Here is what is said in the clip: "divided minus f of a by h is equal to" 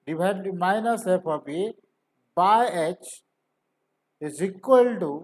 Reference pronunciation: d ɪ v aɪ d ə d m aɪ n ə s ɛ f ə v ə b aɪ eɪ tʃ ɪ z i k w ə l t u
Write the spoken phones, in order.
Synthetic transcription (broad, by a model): d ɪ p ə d m aɪ n ə s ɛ p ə p ə b aɪ eɪ tʃ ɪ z i k w ə l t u